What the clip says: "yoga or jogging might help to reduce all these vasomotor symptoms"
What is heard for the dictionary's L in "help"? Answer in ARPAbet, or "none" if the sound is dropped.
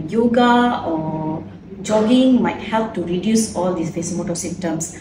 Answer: L